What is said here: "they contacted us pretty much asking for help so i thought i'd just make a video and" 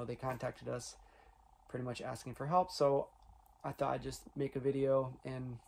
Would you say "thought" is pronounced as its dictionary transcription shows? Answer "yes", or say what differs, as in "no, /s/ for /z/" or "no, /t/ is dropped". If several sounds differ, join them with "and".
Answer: yes